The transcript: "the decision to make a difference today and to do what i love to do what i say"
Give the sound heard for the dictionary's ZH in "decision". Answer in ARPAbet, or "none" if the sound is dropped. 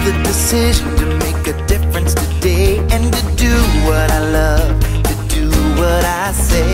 ZH